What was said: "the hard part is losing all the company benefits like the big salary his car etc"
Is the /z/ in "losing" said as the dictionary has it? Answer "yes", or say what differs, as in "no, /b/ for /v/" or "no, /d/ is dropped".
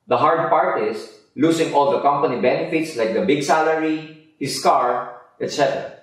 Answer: no, /s/ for /z/